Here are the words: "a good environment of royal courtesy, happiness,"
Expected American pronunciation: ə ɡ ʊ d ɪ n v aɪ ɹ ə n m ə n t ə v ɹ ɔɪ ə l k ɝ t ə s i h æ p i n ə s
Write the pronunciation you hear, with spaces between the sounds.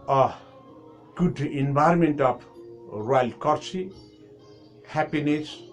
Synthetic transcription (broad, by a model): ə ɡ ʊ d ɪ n b aɪ ɹ m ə n t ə p ɹ ɔɪ ə l k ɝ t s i h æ p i n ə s